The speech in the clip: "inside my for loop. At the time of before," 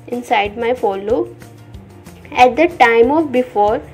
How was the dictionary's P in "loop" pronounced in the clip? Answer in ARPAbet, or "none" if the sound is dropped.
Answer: none